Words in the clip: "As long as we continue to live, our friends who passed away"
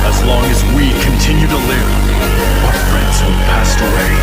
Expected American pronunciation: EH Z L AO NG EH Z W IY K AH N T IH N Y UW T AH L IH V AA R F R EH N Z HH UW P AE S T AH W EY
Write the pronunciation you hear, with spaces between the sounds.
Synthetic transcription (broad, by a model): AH Z L AO NG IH Z W IY K AH N T IH N Y UW T AH L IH P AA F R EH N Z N P AE S T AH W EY